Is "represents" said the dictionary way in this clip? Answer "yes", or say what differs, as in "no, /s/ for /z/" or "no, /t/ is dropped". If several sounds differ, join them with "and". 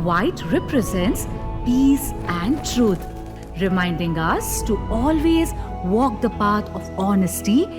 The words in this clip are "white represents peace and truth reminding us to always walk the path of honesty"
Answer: yes